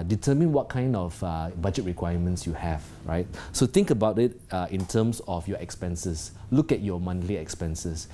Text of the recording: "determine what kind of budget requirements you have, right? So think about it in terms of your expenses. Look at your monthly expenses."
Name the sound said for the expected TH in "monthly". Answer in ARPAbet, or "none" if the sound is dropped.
T